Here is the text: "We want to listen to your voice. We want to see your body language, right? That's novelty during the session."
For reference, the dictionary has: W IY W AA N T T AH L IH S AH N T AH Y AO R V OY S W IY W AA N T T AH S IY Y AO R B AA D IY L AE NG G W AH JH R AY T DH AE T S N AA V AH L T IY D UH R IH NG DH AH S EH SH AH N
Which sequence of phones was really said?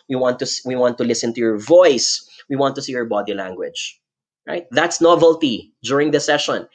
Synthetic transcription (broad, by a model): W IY W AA N T T AH L IH S AH N T AH Y AO R V OY S W IY W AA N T T AH S IY Y AO R B AA D IY L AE NG G W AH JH R AY T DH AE T S N AA V AH L T IY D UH R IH NG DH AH S EH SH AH N